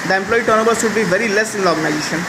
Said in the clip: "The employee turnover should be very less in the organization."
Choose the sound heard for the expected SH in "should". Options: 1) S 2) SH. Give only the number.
1